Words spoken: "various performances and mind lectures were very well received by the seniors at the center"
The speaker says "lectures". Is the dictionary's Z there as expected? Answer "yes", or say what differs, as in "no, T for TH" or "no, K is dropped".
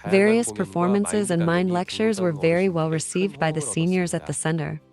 yes